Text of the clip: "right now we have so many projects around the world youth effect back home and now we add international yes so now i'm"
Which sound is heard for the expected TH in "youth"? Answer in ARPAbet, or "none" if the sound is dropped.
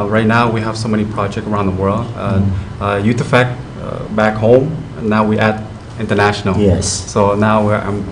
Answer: T